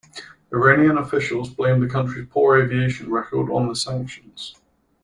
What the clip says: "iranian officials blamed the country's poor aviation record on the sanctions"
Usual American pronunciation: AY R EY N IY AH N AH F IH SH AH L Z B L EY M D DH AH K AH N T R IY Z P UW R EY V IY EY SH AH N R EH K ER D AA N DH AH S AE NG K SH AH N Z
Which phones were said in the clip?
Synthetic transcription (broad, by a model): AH R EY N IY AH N AH F IH SH AH L Z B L EY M DH AH K AH N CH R IY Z P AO R EY V IY EY SH AH N R EH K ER D N DH AH S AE NG K SH AH N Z